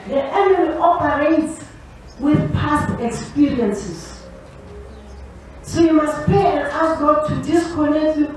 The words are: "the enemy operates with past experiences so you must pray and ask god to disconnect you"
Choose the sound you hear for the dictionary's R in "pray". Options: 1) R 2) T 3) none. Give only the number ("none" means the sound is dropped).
3